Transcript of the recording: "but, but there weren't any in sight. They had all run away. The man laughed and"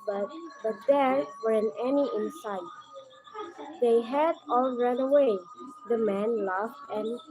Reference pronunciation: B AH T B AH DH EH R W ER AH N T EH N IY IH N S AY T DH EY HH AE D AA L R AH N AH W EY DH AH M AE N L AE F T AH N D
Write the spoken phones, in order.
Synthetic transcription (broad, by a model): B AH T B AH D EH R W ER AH N EH N IY IH N S AY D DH EY HH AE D AA L R AH N AH W EY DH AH M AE N L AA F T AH N